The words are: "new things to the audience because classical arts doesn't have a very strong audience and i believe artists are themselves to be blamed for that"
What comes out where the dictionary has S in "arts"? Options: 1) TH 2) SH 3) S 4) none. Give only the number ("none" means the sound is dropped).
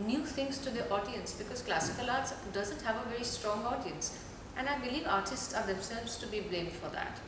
3